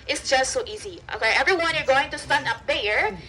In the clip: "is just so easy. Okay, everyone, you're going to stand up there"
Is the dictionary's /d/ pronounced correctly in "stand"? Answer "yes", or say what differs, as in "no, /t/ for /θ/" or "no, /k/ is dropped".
no, /d/ is dropped